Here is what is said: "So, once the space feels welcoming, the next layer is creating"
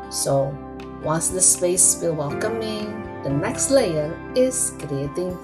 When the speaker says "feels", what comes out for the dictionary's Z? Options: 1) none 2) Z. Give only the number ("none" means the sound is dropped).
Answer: 1